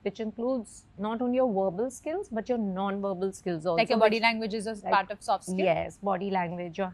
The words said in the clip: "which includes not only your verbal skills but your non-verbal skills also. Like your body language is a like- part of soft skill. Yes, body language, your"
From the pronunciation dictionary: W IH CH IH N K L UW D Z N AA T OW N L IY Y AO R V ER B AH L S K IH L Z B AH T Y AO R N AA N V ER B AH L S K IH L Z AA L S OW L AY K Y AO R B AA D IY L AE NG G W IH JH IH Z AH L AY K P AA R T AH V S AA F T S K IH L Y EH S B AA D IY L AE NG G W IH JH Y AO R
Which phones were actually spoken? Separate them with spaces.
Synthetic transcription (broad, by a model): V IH CH IH N K L UW D Z N AA T OW N L IY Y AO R V ER B AH L S K IH L Z B AH T Y AO R N AA N V ER B AH L S K IH L Z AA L AA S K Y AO B AA D IY L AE NG G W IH JH IH Z AH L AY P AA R T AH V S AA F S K Y EH S B AA D IY L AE NG G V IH JH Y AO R